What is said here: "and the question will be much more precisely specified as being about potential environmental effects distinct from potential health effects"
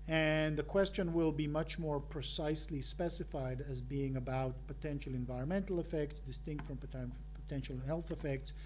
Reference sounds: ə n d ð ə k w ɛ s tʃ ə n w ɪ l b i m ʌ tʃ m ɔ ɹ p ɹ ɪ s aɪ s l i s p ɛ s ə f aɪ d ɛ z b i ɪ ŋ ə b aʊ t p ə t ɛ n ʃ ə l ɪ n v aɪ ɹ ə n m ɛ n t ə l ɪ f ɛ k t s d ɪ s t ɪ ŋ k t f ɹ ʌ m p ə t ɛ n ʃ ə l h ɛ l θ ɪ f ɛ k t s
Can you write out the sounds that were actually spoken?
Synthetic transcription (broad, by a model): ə n ð ə k w ɛ s tʃ ə n w ɪ l b i m ʌ tʃ m ɔ ɹ p ɹ ɪ s aɪ s l i s p ɛ s ə f aɪ d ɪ z b i ɪ ŋ ə b aʊ t p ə t ɛ n ʃ l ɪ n v aɪ ɹ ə n m ɛ n t l ɪ f ɛ k t s d ɪ s t ɪ ŋ k t f ɹ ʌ m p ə t ɛ n ʃ l h ɛ l θ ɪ f ɛ k t s